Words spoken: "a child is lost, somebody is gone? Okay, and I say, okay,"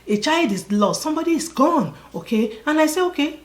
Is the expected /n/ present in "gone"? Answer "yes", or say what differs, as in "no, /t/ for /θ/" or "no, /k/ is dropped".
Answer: yes